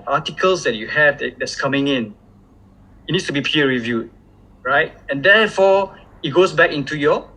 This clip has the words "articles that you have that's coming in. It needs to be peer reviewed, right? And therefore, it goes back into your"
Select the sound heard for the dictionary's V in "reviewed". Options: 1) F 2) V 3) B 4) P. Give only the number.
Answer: 2